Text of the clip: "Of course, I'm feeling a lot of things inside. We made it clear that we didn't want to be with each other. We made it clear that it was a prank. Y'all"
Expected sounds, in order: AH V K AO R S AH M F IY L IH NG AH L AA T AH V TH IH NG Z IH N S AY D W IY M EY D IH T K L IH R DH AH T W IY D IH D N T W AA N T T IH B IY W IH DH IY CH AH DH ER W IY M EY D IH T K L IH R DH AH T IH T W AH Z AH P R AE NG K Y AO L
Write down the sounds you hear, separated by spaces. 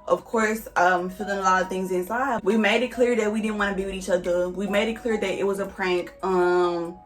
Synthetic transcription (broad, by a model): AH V K AO R S AH M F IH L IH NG AH L AA T AH V TH IH NG Z IH N S AY D W IY M EY D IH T K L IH R DH AH T W IY D IH D N T W AA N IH B IY W IH DH IY CH AH DH ER W IY M EY D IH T K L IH R DH AH T IH T W AH Z AH P R AE NG K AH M